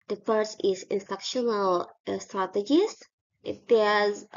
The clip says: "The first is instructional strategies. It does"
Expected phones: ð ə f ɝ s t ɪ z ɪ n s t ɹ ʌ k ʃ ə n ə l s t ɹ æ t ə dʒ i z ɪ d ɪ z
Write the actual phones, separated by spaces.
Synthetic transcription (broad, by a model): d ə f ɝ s ɪ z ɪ n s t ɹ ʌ k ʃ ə n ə l s t ɹ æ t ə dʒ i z ɪ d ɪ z